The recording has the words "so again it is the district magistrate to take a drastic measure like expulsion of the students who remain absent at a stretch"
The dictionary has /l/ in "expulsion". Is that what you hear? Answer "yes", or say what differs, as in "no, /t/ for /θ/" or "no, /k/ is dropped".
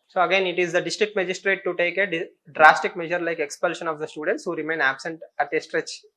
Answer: yes